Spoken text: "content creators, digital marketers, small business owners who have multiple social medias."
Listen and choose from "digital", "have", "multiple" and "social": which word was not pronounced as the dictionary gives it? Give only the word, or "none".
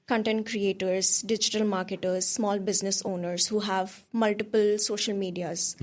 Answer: none